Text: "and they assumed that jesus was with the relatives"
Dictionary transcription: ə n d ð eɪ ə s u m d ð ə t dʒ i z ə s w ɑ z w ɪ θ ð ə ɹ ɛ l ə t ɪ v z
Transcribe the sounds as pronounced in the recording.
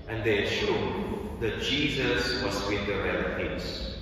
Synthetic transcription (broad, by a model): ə n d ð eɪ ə ʃ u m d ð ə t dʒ i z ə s w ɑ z w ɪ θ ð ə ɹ ɛ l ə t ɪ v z